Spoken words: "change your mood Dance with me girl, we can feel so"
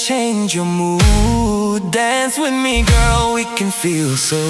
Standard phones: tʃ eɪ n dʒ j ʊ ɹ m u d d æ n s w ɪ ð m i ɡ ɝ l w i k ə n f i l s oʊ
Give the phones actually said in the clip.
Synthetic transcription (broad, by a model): tʃ eɪ n dʒ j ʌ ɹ m u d d æ n s w ɪ ð m i ɡ ɝ l w i k ə n f i l s oʊ